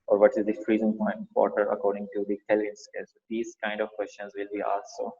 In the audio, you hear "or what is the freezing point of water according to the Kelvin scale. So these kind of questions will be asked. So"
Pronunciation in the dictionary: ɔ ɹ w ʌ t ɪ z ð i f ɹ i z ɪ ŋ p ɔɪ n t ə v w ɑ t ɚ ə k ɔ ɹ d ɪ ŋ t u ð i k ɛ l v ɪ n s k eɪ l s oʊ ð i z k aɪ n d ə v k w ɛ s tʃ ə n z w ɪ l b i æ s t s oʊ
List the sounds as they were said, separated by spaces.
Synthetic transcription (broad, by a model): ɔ ɹ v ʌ t ɪ z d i f ɹ i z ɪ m p ɔɪ n t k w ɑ t ɚ ə k ɔ ɹ d ɪ ŋ t u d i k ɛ l ɪ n s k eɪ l s oʊ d i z k aɪ n d ə v k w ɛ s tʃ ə n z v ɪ l b i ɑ s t s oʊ